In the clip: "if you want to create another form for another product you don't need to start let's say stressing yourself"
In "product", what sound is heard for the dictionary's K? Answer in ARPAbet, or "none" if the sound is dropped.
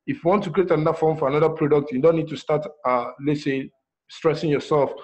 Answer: K